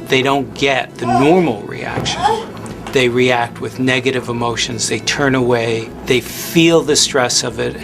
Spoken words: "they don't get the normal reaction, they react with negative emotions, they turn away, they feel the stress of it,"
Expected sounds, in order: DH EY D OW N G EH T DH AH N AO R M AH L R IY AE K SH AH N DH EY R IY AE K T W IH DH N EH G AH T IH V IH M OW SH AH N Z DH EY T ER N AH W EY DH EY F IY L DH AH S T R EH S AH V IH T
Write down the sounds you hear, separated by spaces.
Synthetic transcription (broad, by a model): DH EY D OW N G EH T DH AH N AO R M L R IY AE K SH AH N DH EY R IY AE K T W IH DH N EH G AH T IH V IH M OW SH AH N Z DH EY T ER N AH W EY DH EY F IY L DH AH S T R EH S AH V IH T